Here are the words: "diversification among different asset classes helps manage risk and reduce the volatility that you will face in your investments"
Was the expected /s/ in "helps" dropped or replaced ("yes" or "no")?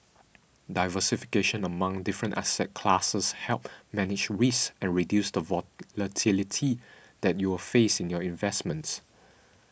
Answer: yes